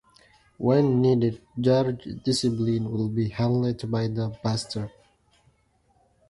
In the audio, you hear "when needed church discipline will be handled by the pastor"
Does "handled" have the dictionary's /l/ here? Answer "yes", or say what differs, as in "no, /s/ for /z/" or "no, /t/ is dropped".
no, /l/ is dropped